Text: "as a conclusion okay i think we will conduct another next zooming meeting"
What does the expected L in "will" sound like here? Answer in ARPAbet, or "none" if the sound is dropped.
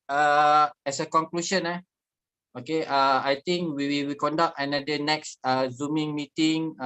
W